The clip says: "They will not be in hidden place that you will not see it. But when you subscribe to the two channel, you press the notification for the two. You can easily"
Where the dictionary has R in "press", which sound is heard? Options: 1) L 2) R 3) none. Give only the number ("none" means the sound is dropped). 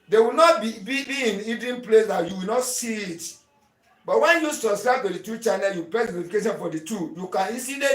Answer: 3